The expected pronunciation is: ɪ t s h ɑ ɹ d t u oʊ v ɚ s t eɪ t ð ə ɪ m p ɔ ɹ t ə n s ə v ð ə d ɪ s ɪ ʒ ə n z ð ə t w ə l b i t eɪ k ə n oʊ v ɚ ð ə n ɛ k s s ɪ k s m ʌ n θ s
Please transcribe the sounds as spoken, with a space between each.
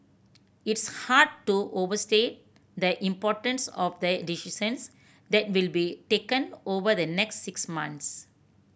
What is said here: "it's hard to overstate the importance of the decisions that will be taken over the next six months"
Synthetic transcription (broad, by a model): ɪ t s h ɑ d t u oʊ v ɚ s t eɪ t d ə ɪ m p ɔ t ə n s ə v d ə d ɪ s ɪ s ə n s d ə t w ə l b i t eɪ k ə n oʊ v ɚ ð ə n ɛ k s s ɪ k s m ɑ n t s